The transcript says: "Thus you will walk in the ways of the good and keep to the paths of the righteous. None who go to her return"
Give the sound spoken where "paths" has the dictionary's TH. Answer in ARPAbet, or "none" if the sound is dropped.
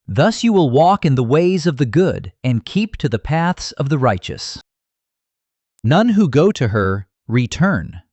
TH